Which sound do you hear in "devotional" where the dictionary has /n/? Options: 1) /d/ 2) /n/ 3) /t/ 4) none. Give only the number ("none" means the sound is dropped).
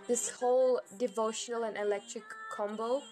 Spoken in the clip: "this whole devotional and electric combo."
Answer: 2